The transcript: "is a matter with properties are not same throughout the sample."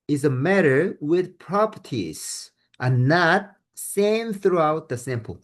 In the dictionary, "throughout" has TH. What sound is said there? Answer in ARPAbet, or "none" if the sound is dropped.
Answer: TH